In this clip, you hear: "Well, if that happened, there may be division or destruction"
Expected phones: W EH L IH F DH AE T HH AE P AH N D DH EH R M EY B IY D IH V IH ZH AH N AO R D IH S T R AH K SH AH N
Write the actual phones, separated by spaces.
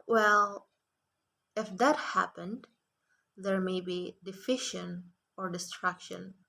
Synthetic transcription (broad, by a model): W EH L IH F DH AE T HH AE P AH N D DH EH R M EY B IY D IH F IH SH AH N AO R D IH S T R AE K SH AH N